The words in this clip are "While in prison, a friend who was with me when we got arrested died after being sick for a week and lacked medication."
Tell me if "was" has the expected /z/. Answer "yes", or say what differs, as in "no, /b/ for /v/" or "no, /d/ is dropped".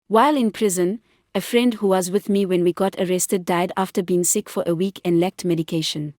yes